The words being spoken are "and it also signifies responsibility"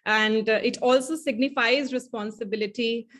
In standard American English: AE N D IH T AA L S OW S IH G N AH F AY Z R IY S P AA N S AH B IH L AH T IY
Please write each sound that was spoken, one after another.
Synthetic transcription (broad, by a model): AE N D IH T AA L S OW S IH G N AH F AY Z R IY S P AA N S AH B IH L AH T IY